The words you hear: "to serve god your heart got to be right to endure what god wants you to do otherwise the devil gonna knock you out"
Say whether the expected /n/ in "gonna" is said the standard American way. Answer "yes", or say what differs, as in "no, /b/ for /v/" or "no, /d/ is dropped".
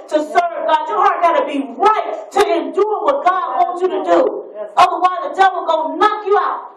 no, /n/ is dropped